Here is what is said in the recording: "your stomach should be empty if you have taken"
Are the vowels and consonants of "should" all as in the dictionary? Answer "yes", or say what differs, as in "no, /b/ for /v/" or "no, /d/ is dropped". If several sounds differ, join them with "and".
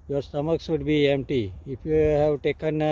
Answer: no, /s/ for /ʃ/